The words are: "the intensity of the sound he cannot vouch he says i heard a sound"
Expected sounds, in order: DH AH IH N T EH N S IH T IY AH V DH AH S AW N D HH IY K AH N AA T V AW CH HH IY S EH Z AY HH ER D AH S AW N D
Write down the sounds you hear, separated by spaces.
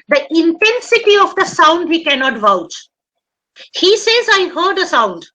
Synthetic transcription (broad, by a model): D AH IH N T EH N S IH T IY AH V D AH S AW N D HH IY K AH N AA T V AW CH HH IY S EH Z AY HH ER D AH S AW N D